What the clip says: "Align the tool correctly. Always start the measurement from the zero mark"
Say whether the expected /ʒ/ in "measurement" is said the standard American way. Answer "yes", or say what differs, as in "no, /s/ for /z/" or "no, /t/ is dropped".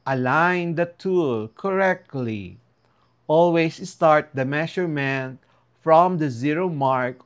no, /ʃ/ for /ʒ/